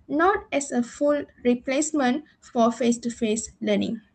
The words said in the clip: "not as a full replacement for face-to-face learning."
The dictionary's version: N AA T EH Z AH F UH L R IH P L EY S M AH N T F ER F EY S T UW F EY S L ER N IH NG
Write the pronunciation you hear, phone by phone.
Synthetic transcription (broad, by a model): N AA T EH S AH F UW L R IH P L EY S M AH N T F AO F EY S T UW F EY S L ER N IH NG